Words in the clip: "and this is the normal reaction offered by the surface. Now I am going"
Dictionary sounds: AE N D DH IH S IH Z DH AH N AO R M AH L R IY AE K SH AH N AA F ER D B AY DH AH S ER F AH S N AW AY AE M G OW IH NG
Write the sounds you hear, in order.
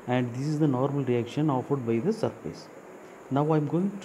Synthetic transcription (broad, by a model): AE N D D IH S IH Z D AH N AO R M AH L R IY AE K SH AH N AA F ER D B AY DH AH S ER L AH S N AW AY M G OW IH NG